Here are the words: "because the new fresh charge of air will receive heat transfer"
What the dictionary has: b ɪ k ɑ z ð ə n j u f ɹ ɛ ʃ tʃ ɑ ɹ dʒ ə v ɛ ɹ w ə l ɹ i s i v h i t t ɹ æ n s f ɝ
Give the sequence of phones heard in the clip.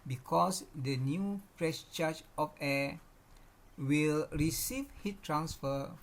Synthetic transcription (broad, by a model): b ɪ k ɑ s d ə n j u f ɹ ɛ s tʃ ɑ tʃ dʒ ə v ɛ w ə l ɹ i s i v h i t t ɹ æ n s f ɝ